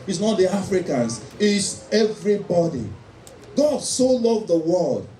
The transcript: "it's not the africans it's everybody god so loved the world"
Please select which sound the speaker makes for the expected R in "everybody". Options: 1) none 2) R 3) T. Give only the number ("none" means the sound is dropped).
2